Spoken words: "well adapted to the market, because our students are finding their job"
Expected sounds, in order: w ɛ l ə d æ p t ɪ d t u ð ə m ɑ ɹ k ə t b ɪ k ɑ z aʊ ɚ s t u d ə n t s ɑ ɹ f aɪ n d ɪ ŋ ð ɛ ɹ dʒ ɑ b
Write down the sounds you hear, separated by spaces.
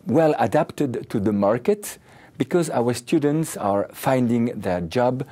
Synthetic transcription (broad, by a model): w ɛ l ə d æ p t ɪ d t u ð ə m ɑ ɹ k ə t b ɪ k ɑ z aʊ ɚ s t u d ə n t s ɑ ɹ f aɪ n d ɪ ŋ ð ɛ ɹ dʒ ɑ b